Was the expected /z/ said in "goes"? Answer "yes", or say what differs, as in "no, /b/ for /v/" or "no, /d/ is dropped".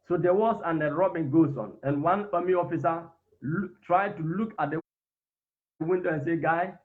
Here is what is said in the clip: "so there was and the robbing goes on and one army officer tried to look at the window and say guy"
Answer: no, /s/ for /z/